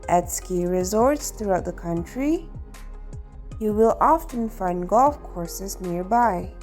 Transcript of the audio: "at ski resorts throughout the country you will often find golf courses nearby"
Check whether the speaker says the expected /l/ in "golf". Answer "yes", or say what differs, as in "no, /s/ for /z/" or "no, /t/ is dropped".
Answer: yes